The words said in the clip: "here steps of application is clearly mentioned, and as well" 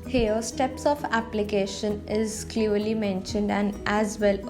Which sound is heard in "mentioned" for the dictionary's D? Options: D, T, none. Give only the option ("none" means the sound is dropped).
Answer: D